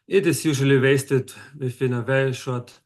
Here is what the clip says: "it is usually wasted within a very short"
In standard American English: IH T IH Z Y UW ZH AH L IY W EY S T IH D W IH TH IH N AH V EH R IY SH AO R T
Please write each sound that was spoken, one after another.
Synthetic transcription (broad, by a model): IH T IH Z Y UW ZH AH L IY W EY S T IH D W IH F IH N AH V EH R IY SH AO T